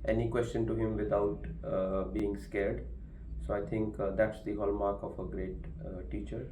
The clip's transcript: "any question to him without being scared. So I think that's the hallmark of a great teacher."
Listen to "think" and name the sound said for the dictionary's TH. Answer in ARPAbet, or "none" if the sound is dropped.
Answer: T